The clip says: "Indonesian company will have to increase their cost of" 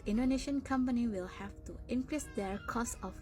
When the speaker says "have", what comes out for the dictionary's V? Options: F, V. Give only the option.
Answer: F